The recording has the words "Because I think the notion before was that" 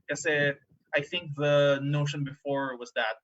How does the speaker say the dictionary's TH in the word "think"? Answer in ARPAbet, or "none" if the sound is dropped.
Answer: TH